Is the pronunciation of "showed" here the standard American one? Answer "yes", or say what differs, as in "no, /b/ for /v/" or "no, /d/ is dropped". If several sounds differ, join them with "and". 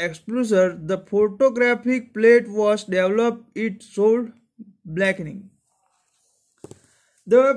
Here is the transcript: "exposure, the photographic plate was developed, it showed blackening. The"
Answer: no, /s/ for /ʃ/